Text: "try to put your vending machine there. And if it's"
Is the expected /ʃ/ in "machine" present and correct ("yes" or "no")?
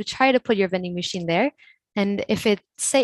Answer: yes